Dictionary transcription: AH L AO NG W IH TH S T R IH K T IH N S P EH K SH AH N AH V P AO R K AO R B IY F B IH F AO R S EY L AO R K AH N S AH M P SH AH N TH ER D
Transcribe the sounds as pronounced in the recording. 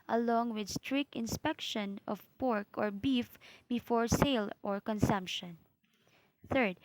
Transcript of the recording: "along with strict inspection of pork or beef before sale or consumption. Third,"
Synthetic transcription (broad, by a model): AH L AO NG W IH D S T R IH K IH N S P EH K SH AH N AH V P AO R K AO R B IY F B IH F AO R S EY L AO R K AH N S AH M P SH AH N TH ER D